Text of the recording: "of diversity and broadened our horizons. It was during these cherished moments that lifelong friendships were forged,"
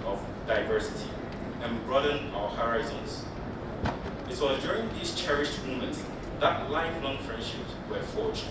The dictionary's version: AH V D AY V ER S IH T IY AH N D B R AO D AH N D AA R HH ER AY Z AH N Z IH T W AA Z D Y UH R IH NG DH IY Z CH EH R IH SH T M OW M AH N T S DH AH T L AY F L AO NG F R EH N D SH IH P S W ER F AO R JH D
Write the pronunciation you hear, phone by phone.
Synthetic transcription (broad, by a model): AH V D AY V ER S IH T IY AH N B R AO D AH N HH AA R AY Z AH N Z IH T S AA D Y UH R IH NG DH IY S CH EH R IH SH T M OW M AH N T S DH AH T L AY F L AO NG F R EH N D SH IH P S W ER F AO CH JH